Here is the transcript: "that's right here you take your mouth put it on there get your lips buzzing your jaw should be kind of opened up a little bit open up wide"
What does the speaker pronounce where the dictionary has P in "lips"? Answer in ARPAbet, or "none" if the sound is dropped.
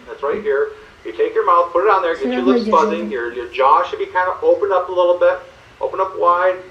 none